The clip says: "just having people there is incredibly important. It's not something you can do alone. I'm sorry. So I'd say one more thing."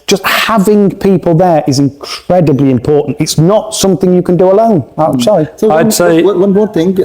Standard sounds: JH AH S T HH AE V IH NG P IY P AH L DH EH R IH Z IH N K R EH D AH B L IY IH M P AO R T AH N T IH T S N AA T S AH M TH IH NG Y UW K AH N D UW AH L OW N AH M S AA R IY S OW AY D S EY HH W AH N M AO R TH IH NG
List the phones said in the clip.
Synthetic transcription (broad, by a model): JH AH S T HH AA V IH NG P IY P AH L DH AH R IH Z IH N K R EH D AH B L IY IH M P AO R T N T IH T S N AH T S AH M TH IH NG Y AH K AH N D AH AH L OW N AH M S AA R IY S OW AY D S EY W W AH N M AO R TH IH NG